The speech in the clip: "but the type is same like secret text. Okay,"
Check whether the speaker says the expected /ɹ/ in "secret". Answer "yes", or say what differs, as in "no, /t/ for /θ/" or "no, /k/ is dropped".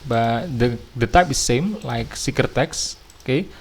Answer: no, /ɹ/ is dropped